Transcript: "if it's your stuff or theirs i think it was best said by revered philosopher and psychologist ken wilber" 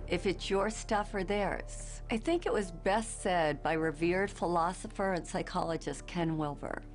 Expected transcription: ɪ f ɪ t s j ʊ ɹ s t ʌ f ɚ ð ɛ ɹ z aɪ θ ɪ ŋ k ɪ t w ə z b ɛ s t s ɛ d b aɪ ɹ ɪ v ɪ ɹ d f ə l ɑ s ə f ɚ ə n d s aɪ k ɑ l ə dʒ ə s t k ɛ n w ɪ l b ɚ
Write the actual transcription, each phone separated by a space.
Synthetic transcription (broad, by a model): ɪ f ɪ t s j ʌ ɹ s t ʌ f ɚ ð ɛ ɹ z aɪ θ ɪ ŋ k ɪ t w ə z b ɛ s t s ɛ d b aɪ ɹ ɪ v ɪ ɹ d f ə l ɑ s ə f ɚ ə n s aɪ k ɑ l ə dʒ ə s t k ɛ n w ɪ l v ɚ